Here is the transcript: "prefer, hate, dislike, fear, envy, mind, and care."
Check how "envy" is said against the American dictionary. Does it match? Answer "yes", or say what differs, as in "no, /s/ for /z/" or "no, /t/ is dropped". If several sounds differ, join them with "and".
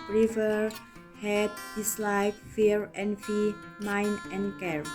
no, /f/ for /v/